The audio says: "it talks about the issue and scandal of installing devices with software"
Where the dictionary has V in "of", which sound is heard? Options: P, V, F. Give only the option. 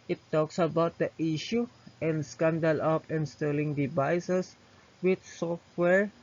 P